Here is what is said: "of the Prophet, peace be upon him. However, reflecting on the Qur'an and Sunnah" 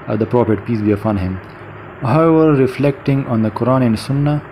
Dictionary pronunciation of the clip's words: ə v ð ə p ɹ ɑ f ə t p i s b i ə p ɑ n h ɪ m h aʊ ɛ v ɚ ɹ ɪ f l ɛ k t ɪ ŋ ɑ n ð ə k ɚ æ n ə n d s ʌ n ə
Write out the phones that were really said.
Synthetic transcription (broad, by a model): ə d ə p ɹ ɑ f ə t p i s b i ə f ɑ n h ɪ m h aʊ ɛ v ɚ ɹ ɪ f l ɛ k t ɪ ŋ ɑ n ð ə k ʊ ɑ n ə n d s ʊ n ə